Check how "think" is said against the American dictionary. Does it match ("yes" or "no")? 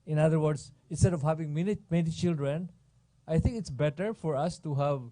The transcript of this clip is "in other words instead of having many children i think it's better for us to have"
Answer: no